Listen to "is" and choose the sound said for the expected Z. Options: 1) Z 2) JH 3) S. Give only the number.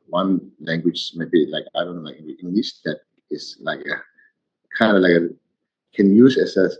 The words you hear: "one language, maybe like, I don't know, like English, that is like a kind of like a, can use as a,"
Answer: 3